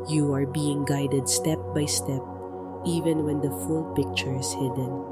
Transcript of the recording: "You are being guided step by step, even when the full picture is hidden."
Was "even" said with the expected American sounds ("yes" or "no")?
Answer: yes